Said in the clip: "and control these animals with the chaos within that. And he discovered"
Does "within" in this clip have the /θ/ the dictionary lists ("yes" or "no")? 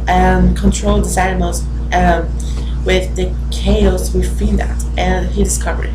no